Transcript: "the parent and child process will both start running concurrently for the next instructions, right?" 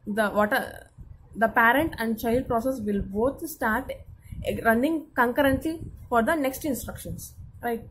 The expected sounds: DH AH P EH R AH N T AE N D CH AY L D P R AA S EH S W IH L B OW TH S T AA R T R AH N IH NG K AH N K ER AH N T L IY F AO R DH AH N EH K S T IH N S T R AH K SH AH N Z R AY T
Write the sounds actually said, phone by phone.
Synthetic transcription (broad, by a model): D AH P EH R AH N T AE N D CH AY L D P R AA S EH S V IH L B OW T S T AA R T R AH N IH NG K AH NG K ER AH N T L IY F AO R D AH N EH K S T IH N S T R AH K SH AH N S R AY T